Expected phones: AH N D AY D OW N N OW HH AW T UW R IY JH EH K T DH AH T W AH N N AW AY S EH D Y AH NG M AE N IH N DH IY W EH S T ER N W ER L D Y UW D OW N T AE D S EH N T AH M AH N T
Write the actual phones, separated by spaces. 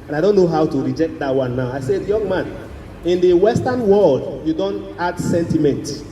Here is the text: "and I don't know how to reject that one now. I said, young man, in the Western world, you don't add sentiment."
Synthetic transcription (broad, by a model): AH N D AY D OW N N OW HH AW T UW R IY JH EH K T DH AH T W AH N N AW AY S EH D Y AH NG M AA N IH N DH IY W EH S T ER N W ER L D Y UW D OW N T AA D S EH N T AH M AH N T